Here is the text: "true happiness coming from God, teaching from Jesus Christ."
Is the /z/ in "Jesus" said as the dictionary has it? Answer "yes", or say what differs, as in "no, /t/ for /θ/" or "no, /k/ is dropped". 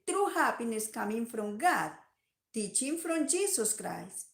no, /s/ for /z/